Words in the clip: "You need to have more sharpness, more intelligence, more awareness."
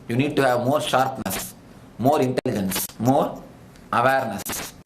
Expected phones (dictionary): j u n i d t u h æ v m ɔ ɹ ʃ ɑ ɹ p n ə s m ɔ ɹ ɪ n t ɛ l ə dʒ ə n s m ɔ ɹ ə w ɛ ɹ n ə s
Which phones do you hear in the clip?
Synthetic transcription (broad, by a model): j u n i d t u h æ v m ɔ ɹ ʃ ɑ ɹ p n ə s m ɔ ɹ ɪ n t ɛ l ə dʒ ə n s m ɔ ɹ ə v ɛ ɹ n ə s